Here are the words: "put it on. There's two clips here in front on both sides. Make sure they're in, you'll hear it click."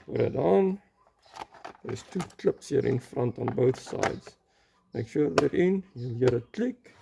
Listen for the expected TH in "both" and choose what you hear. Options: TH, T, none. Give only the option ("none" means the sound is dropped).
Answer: TH